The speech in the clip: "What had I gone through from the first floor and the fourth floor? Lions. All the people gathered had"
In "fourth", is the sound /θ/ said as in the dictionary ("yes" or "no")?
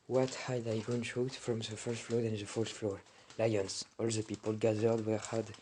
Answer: no